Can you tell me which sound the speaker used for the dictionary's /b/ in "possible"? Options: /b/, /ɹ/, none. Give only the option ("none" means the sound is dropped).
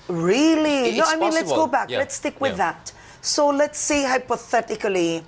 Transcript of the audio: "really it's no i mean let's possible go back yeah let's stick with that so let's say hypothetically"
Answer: none